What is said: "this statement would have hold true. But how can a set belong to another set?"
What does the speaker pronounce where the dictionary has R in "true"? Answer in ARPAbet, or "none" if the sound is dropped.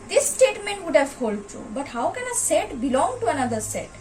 none